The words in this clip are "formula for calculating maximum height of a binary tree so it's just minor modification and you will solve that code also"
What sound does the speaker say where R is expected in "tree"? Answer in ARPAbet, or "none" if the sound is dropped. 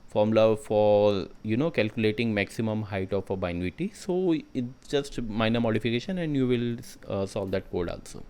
none